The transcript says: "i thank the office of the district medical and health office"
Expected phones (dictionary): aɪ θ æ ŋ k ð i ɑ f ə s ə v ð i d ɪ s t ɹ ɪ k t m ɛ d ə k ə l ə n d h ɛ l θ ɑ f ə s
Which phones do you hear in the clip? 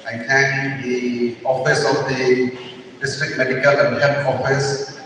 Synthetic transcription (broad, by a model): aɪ t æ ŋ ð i ɑ f ə s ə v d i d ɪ s t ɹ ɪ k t m ɛ d ə k ə l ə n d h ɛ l t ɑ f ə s